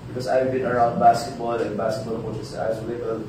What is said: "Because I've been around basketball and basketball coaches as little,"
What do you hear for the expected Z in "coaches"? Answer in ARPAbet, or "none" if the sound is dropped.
S